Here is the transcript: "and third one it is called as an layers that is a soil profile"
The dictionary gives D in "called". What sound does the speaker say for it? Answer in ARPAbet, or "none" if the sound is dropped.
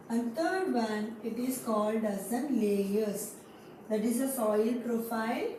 D